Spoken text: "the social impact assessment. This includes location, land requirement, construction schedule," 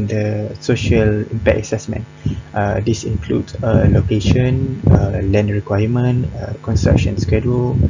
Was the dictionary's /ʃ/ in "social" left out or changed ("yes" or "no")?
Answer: no